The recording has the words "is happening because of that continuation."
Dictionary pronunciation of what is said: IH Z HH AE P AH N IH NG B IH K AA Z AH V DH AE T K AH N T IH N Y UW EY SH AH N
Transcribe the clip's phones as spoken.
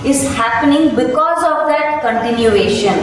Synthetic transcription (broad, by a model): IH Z HH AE P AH N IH NG B IH K AA Z AH V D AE T K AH N T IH N Y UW EY SH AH N